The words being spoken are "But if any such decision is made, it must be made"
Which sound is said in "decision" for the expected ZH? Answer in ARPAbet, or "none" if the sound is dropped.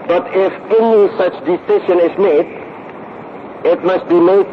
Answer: SH